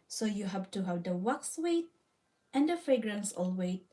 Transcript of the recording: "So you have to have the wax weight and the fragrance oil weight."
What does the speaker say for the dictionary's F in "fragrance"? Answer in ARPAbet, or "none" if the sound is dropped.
F